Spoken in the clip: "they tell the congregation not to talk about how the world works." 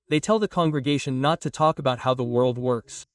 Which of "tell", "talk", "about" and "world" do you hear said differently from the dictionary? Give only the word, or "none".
none